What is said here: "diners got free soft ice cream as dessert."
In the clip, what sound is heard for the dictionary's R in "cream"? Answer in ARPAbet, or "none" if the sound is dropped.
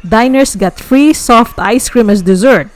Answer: R